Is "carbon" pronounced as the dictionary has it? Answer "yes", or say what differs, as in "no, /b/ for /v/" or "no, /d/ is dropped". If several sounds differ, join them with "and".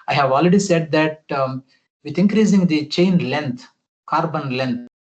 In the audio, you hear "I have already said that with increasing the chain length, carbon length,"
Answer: yes